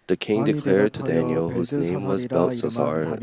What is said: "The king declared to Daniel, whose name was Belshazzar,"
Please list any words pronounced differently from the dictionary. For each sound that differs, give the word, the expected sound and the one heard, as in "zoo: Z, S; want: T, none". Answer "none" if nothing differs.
none